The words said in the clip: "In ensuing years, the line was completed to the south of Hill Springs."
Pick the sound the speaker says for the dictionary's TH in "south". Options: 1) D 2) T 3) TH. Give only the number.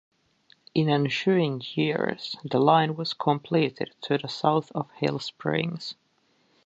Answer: 3